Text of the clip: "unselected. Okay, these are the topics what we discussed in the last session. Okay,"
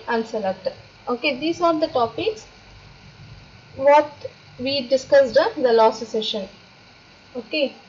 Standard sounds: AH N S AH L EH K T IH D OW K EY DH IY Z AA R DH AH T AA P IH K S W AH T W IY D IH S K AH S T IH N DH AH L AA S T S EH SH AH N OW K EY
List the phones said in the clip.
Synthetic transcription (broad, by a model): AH N S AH L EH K T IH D OW K EY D IY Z AA R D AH T AA P IH K S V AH T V IY D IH S K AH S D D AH L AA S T S EH SH AH N OW K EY